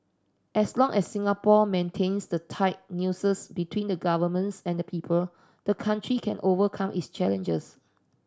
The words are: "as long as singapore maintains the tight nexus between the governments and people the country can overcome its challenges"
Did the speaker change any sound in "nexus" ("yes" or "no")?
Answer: yes